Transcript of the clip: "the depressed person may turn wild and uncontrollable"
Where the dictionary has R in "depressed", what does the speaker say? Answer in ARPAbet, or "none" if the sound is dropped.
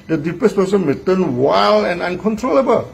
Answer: none